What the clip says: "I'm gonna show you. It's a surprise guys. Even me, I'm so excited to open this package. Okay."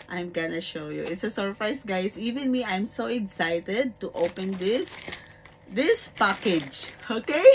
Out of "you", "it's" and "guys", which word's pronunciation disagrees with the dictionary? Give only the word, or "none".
guys